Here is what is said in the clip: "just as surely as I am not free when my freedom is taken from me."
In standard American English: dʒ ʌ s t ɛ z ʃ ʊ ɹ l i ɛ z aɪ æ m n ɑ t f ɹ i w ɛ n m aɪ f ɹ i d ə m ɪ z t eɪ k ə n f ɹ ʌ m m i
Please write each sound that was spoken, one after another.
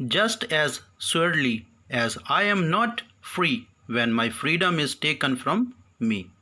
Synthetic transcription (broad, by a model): dʒ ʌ s t ɛ z s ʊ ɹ l i ɛ z aɪ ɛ m n ɑ t f ɹ i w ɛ n m aɪ f ɹ i d ə m ɪ z t eɪ k ə n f ɹ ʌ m m i